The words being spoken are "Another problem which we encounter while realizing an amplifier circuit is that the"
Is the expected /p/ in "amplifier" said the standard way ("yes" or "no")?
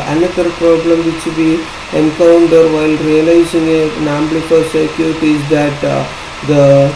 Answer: no